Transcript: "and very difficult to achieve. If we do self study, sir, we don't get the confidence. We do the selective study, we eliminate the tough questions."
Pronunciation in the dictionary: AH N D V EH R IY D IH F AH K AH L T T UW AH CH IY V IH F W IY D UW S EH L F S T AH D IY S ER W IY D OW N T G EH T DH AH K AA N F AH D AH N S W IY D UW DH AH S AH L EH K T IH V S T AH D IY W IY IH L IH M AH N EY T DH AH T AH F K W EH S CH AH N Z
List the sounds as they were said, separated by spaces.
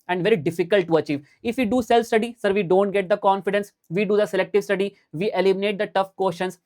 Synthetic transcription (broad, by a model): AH N D V EH R IY D IH F AH K AH L T T UW AH CH IY V IH F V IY D UW S EH L F S T AH D IY S ER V IY D OW N T G EH T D AH K AA N F AH D AH N S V IY D UW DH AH S AH L EH K T IH V S T AH D IY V IY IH L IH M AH N EY T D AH T AH F K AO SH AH N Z